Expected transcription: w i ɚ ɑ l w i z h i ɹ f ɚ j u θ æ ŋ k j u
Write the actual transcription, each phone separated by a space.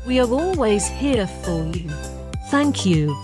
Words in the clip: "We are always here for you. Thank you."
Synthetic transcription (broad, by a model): w i ɚ ɑ l w i z h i f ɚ j u θ æ ŋ k j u